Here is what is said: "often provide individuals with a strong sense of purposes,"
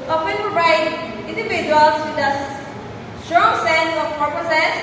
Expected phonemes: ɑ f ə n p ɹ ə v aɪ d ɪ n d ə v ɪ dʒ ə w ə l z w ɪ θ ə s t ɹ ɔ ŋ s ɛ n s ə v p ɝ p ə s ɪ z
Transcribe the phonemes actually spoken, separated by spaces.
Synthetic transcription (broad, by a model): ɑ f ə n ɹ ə ɪ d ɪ n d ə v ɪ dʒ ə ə l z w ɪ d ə s t ɹ ɔ ŋ s ɛ n s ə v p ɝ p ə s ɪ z